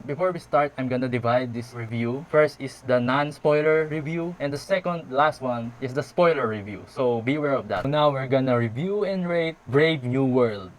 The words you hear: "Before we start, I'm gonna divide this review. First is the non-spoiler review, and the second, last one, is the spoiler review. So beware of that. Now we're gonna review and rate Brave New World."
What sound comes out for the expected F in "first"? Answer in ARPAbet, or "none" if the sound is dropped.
F